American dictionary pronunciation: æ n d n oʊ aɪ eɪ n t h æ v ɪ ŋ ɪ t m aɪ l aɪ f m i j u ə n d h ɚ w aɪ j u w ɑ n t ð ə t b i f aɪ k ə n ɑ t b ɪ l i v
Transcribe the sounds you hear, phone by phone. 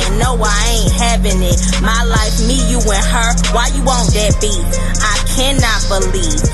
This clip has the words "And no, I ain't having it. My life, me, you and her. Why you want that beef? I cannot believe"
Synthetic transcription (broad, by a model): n n oʊ aɪ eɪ n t h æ v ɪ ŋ ɪ t m aɪ l aɪ f m i j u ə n h ɚ w aɪ j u w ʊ n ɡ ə t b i aɪ k ə n ɑ t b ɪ l i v